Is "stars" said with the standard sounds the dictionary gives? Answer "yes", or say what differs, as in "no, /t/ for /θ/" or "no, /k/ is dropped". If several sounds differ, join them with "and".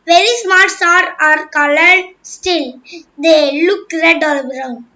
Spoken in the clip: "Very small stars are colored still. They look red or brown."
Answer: no, /z/ is dropped